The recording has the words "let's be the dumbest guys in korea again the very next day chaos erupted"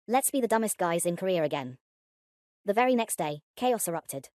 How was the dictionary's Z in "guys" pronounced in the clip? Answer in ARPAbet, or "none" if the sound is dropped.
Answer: Z